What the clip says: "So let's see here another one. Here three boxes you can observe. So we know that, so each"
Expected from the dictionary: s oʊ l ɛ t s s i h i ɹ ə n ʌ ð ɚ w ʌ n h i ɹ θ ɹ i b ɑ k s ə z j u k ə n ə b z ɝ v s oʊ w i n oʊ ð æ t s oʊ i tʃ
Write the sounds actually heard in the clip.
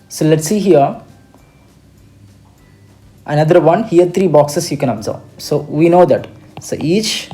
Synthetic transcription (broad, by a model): s oʊ l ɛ t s s i h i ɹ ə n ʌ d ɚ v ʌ n h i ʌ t ɹ i b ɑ k s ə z j u k ə n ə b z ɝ b s oʊ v i n oʊ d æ t s oʊ i tʃ